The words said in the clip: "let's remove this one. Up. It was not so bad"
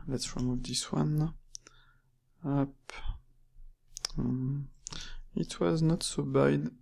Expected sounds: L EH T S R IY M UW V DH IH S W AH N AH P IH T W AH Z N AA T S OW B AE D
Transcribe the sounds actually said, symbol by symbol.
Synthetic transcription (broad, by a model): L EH T S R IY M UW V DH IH S W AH N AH P IH T W AH Z N AA T S OW B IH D